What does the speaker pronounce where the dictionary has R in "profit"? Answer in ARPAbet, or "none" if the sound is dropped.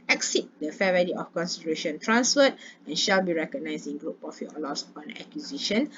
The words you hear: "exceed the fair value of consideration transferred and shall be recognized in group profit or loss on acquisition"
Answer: none